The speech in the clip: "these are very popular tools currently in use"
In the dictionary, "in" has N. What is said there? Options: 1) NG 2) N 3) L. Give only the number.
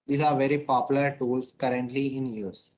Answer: 2